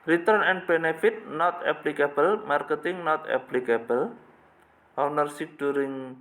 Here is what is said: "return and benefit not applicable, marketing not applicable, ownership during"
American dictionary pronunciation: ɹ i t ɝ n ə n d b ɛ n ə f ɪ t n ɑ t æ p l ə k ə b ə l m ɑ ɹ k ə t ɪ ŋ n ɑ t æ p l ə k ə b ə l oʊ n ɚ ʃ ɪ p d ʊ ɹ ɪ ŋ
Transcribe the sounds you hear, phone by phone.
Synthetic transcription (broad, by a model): ɹ i t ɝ n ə n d b ɛ n ə f ɪ t n ɑ t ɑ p l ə k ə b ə l m ɑ ɹ k ə t ɪ ŋ n ɑ t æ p l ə k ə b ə l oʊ n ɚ s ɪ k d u ɹ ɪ ŋ